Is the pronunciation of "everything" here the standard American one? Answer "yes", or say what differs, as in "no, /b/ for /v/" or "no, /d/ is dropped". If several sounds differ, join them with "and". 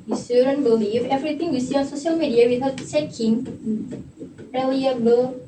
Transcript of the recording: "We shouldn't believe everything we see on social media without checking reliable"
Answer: no, /t/ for /θ/